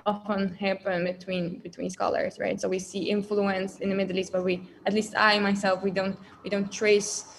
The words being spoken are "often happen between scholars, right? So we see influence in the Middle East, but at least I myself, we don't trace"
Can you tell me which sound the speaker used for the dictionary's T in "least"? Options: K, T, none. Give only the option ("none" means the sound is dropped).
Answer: T